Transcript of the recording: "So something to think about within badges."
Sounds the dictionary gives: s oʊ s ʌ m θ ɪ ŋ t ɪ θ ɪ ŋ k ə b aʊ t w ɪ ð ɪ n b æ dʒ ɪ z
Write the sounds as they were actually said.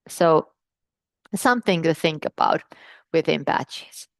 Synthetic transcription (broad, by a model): s oʊ s ʌ m θ ɪ ŋ t ɪ θ ɪ ŋ k ə b aʊ t w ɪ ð ɪ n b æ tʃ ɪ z